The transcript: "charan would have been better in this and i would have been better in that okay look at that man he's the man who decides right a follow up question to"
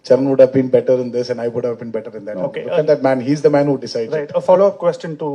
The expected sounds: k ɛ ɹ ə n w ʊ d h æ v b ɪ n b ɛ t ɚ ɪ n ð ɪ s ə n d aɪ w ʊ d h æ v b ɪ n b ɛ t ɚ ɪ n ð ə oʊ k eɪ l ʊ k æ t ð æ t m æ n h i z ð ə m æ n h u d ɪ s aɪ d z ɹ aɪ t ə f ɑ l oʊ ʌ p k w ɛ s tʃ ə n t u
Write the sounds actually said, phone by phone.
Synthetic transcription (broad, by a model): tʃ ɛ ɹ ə n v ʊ d h æ v b ɪ n b ɛ t ɚ ɪ n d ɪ s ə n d aɪ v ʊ d h æ v b ɪ n b ɛ t ɚ ɪ n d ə oʊ k eɪ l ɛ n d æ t m æ n h i z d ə m æ n h u d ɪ s aɪ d ɹ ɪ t ə f ɑ l oʊ ʌ p k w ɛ s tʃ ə n t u